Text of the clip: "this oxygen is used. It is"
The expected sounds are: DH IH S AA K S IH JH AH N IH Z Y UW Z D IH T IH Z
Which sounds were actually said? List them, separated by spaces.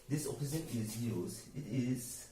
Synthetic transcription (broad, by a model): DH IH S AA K IH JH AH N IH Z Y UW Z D IH T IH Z